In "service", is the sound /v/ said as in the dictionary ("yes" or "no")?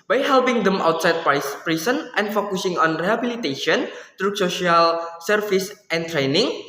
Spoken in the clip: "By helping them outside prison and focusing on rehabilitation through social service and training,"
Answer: no